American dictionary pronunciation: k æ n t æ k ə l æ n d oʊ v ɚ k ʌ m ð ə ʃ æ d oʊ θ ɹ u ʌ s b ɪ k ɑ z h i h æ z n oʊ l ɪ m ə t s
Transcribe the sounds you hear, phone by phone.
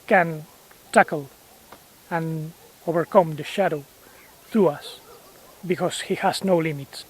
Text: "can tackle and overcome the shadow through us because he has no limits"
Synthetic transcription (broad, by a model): k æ n t æ k ə l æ n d oʊ v ɚ k ʌ m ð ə ʃ æ d oʊ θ ɹ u ʌ s b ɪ k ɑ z h i h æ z n oʊ l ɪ m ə t s